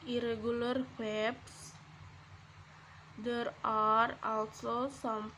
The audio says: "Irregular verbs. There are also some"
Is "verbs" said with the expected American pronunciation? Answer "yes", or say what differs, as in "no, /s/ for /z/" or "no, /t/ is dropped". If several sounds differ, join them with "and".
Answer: no, /w/ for /v/